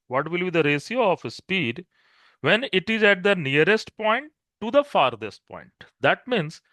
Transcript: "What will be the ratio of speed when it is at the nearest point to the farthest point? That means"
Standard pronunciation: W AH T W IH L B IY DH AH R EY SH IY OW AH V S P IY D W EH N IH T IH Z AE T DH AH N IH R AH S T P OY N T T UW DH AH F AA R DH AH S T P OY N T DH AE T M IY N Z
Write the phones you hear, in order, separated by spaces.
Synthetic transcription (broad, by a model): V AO T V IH L B IY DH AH R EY S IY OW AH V S P IY D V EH N IH T IH Z AE T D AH N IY R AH S T P OY N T T UW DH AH F AA R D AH S T P OY N T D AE T M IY N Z